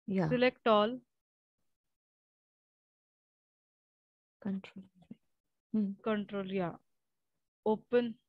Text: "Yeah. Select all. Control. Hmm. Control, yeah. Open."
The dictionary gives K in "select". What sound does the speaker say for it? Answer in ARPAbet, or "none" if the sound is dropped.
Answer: K